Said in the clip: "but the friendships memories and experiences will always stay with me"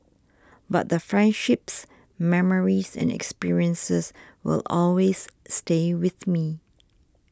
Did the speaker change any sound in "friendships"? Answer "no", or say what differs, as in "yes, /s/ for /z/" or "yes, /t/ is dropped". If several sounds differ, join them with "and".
no